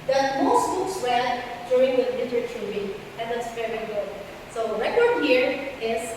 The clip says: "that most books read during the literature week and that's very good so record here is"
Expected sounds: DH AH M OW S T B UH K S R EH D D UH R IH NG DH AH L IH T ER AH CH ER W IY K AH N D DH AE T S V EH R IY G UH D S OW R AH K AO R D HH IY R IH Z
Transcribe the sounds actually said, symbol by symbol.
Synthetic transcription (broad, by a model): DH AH M OW S T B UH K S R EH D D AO IH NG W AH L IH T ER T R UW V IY AH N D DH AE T S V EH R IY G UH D S OW R AH K AO R D HH IY R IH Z